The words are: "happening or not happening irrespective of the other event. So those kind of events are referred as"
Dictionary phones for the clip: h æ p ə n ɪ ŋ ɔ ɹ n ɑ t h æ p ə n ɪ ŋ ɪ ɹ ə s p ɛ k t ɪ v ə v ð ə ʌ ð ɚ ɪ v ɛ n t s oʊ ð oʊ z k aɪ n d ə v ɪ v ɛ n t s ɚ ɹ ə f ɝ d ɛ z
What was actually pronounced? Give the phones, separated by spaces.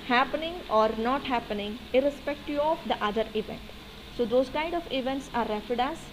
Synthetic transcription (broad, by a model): h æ p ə n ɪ ŋ ɔ ɹ n ɑ t h æ p ə n ɪ ŋ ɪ ɹ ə s p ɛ k t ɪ ə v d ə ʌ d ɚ ɪ v ɛ n t s oʊ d oʊ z k aɪ n d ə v ɪ v ɛ n t s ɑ ɹ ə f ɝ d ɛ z